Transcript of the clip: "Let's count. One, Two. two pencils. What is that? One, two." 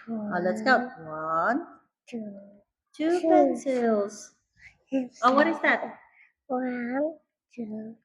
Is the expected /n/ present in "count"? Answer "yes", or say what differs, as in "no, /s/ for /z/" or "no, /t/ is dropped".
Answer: no, /n/ is dropped